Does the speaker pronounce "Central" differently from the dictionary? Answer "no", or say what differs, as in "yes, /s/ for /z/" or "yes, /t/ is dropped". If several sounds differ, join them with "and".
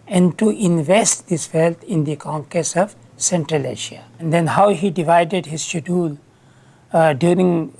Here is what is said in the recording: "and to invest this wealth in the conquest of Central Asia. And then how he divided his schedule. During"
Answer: no